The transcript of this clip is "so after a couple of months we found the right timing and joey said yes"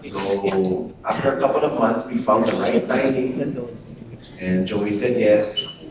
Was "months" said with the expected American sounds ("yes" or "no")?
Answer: no